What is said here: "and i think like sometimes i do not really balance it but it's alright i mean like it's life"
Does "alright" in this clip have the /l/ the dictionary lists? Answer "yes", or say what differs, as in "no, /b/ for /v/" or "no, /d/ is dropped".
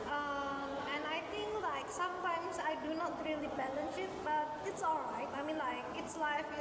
yes